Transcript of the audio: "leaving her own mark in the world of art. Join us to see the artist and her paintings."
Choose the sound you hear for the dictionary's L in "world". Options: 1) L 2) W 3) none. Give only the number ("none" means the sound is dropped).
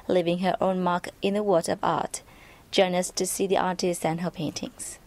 3